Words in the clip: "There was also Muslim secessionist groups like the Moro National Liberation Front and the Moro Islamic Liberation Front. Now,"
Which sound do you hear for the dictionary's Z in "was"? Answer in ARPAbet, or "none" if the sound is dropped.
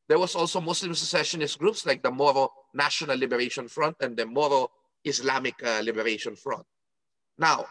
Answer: S